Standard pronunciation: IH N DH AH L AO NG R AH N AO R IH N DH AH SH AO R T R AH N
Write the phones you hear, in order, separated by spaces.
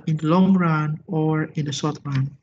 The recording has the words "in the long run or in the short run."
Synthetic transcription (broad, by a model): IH N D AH L AO NG R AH N AO R IH N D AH S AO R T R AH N